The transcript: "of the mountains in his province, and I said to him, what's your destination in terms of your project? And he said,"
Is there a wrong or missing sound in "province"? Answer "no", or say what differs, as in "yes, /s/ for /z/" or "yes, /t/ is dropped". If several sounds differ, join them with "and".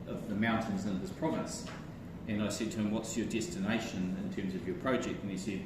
yes, /n/ is dropped